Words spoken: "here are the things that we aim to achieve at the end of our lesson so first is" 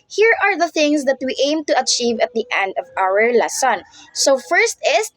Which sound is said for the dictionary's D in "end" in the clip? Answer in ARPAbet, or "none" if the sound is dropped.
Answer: D